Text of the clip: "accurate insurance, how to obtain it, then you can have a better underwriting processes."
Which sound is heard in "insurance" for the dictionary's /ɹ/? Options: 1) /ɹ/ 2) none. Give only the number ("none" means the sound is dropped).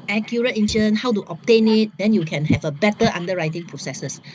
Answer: 2